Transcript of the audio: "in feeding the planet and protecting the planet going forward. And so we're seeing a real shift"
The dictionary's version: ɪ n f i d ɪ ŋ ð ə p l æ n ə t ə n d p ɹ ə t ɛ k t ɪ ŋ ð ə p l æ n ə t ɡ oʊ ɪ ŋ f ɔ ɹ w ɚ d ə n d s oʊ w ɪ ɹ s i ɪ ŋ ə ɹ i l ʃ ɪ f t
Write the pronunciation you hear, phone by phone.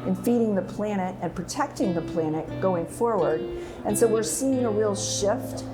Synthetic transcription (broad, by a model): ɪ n f i d ɪ ŋ ð ə p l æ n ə t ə n p ɹ ə t ɛ k t ɪ ŋ ð ə p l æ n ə t ɡ oʊ ɪ ŋ f ɔ ɹ w ɚ d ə n s oʊ w ɪ ɹ s i ɪ ŋ ə ɹ i l ʃ ɪ f t